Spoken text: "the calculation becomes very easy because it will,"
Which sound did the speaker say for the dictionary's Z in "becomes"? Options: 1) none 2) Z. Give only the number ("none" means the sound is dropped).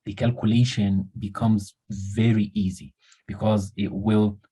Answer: 2